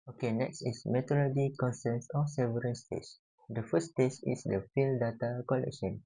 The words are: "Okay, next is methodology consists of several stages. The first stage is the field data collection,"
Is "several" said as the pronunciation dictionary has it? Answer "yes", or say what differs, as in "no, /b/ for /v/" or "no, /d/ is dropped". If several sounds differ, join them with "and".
no, /n/ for /l/